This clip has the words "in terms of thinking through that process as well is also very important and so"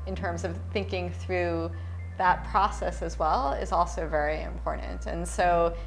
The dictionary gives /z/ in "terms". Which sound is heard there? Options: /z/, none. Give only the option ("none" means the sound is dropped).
/z/